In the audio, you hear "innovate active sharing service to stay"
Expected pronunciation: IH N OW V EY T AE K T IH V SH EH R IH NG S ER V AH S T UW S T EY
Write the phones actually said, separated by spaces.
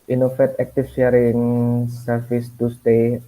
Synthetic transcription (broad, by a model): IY N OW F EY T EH K T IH F SH EH R IH NG S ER F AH S T UW S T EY